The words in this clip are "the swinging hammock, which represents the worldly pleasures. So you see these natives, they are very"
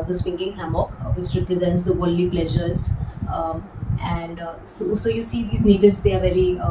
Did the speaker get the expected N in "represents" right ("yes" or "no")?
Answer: yes